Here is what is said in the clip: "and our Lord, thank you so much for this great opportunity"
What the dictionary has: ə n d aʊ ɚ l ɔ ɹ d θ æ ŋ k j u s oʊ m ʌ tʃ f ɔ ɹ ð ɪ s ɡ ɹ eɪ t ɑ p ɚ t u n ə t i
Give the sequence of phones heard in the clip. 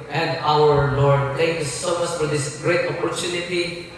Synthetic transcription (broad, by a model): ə n d aʊ ɚ l ɔ ɹ d t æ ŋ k j u s oʊ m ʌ s f ɔ ɹ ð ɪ s ɡ ɹ eɪ t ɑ p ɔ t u n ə t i